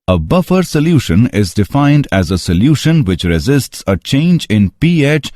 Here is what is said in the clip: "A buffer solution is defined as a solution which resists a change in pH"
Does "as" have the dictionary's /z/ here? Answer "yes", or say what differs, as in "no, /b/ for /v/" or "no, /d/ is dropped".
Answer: yes